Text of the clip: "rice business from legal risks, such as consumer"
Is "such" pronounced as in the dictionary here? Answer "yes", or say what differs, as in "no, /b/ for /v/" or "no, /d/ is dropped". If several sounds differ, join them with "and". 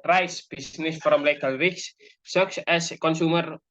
no, /s/ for /tʃ/